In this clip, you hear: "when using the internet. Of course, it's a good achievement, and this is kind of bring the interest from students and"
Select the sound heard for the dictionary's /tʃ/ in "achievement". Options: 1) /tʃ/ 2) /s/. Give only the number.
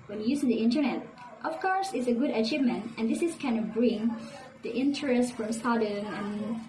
1